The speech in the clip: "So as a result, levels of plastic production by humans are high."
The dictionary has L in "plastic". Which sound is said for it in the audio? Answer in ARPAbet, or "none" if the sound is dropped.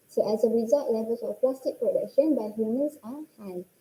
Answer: none